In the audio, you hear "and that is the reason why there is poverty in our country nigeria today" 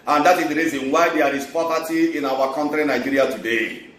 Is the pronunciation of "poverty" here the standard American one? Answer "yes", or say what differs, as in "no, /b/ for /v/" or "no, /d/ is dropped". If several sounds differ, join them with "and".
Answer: no, /p/ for /v/